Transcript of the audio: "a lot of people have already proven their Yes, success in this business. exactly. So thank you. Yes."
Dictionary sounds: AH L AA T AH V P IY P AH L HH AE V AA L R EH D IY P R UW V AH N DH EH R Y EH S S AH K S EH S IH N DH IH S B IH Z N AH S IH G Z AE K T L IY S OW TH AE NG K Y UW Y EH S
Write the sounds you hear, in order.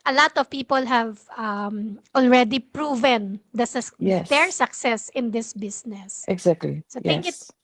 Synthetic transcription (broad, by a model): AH L AA T AH V P IY P AH L HH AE V AA L R EH D IY P R UW V AH N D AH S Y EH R S AH K S EH S IH N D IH S B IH S N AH S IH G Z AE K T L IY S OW T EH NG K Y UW